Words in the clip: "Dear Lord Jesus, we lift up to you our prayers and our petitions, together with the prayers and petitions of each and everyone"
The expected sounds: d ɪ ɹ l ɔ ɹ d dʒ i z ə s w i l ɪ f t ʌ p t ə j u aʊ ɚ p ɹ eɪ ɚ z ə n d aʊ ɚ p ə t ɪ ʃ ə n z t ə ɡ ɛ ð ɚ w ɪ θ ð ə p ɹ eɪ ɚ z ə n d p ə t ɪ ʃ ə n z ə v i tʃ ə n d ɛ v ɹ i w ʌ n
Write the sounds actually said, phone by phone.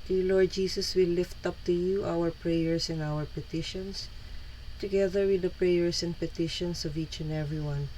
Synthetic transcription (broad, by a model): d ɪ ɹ l ɔ ɹ d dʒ i s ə s w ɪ l ɪ f t ʌ p t ə j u aʊ ɚ p ɹ eɪ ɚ s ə n aʊ ɚ p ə t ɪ ʃ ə n s t ə ɡ ɛ ð ɚ w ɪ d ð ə p ɹ eɪ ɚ s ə n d p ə t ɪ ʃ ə n s ə v i tʃ ə n d ɛ v ɹ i w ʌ n